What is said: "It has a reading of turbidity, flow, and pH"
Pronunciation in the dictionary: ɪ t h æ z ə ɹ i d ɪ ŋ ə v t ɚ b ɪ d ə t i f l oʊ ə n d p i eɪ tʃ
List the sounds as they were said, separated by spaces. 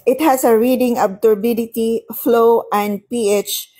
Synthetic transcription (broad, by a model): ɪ t h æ s ə ɹ i d ɪ ŋ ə b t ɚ b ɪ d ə t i f l oʊ ə n d p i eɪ tʃ